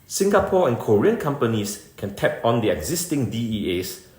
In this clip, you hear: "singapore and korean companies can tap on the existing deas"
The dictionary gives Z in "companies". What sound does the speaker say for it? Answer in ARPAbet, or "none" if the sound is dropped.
S